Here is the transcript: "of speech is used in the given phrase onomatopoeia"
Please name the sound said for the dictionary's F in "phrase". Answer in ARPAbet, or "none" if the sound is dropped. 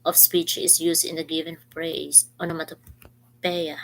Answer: P